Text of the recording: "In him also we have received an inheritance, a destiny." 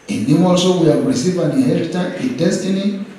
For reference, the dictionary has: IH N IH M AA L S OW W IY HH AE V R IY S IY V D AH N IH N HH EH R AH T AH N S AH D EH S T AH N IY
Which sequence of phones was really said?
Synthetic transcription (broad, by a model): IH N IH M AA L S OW W IY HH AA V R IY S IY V AH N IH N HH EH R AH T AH AH D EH S T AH N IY